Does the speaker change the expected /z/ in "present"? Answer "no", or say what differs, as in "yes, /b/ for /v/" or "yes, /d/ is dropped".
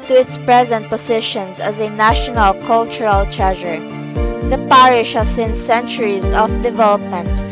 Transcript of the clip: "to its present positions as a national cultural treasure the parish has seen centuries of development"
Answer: no